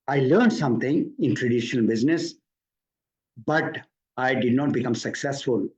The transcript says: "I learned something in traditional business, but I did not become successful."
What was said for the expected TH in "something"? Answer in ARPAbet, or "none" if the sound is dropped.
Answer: T